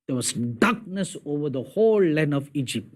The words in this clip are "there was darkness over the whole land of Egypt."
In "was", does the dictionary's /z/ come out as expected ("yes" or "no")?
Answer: no